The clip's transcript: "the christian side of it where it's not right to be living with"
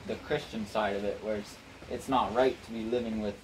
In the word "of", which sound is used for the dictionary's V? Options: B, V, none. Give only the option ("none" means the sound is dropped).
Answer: V